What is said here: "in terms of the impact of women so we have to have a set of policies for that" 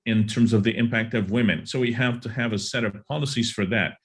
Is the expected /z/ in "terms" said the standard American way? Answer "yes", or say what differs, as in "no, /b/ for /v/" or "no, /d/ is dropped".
yes